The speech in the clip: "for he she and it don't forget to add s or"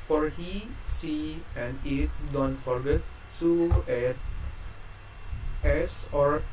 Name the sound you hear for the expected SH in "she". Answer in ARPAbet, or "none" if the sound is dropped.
S